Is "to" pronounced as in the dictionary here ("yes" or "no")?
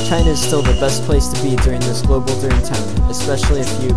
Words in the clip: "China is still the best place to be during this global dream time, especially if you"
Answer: yes